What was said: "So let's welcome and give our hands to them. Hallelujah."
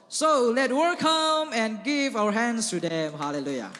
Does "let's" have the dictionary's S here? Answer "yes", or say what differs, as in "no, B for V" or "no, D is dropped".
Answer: no, S is dropped